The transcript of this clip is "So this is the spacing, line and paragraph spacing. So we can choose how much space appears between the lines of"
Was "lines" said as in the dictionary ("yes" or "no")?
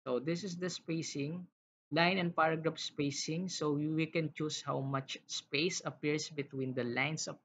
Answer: no